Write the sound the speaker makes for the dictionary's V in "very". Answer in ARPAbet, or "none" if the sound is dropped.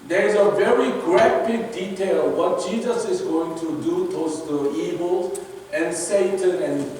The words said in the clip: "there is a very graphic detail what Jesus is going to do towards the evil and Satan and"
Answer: V